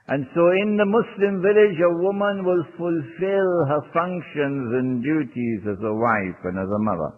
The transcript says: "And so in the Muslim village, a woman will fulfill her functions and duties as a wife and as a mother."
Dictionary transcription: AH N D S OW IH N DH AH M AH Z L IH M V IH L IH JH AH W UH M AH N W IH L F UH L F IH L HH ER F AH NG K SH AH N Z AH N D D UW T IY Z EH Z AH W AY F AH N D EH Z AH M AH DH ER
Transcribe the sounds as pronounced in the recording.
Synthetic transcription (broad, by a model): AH N S OW IH N DH AH M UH S L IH M V IH L IH JH AH W UH M AH N W IH L F UH L F IH L HH ER F AH NG K SH AH N Z AH N D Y UW T IY Z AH Z AH W AY F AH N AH Z AH M AH DH ER